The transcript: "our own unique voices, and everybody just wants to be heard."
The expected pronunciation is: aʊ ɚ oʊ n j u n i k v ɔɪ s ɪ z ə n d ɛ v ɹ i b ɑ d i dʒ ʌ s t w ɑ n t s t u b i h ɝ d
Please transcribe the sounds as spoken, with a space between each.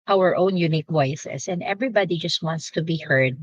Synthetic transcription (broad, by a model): aʊ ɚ oʊ n j u n i k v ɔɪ s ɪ s ə n d ɛ v ɹ i b ɑ d i dʒ ʌ s t w ɑ n t s t u b i h ɝ d